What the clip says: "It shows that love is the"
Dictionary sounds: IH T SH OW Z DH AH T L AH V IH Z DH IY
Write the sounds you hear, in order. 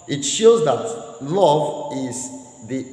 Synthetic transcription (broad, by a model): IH T SH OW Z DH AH T L AH V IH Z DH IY